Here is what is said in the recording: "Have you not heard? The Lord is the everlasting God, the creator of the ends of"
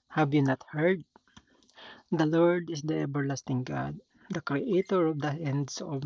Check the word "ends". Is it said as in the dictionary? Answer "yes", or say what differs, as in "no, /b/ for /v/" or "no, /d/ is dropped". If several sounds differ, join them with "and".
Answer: no, /s/ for /z/